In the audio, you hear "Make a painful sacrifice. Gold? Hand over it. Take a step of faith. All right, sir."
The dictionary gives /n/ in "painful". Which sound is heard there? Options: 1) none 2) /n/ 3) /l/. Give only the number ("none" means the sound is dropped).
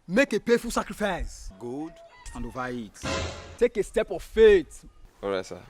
1